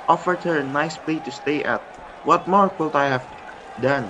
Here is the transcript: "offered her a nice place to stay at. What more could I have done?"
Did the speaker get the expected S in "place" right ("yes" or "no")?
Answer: no